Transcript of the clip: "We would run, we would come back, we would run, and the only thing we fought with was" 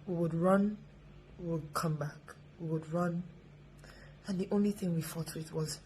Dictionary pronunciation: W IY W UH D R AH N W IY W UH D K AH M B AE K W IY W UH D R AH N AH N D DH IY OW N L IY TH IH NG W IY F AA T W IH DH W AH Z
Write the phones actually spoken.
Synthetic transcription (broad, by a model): W IY W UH D R AH N W IY W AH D K AH M B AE K W IY W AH D R AH N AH N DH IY OW N L IY TH IH NG W IY F AA T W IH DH W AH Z